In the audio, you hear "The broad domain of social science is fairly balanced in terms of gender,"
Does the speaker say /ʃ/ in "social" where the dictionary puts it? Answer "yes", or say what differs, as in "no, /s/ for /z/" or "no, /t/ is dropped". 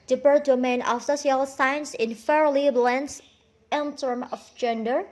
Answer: no, /s/ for /ʃ/